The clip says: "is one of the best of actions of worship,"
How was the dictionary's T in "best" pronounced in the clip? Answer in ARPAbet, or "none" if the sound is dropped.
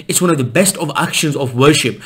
T